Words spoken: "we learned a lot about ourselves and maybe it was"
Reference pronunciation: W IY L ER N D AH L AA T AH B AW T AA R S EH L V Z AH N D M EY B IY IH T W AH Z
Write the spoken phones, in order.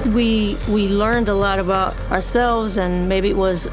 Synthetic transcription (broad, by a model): W IY L ER N D AH L AA T AH B AW T AA R S EH L V Z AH N M EY B IY IH T W AH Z